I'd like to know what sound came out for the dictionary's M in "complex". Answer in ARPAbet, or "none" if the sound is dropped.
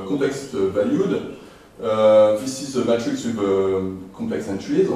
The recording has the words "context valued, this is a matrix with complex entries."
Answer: none